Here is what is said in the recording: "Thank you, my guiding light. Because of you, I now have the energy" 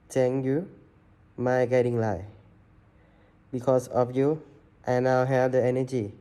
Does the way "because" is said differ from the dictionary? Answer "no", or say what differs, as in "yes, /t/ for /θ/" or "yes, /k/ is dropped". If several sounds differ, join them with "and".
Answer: yes, /s/ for /z/